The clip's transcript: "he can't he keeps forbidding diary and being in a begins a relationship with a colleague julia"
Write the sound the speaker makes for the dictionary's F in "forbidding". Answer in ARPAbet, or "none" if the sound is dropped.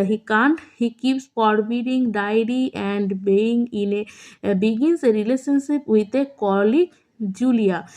P